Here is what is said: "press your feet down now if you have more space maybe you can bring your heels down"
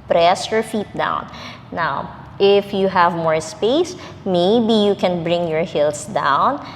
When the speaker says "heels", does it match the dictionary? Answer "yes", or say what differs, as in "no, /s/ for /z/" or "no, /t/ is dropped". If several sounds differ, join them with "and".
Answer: no, /s/ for /z/